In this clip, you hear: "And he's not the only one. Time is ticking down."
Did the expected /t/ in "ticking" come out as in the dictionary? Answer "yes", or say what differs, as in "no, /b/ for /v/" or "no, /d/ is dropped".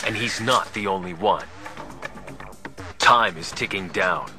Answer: yes